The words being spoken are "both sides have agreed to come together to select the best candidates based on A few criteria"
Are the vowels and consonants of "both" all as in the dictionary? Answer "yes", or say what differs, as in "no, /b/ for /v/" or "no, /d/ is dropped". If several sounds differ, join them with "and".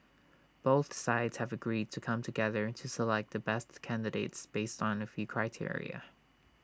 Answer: yes